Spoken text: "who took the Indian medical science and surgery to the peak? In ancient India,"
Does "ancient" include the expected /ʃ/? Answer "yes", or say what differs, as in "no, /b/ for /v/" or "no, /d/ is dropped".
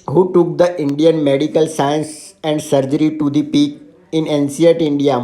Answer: no, /s/ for /ʃ/